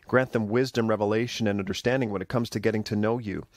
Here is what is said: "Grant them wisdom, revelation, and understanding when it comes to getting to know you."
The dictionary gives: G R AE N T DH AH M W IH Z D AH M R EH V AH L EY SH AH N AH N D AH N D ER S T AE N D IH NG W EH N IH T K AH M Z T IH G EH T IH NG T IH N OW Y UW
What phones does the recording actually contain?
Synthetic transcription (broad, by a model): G R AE N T DH AH M W IH Z D AH M R EH V AH L EY SH AH N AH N AH N D ER S T AE N D IH NG W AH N IH T K AH M Z T IH G EH T IH NG T IH N OW Y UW